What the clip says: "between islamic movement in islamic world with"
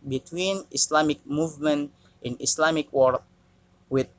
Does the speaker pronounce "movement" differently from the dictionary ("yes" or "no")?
no